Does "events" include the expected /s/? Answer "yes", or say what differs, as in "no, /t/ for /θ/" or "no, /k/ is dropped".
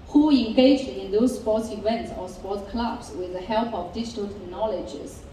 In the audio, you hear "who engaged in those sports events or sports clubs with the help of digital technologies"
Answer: yes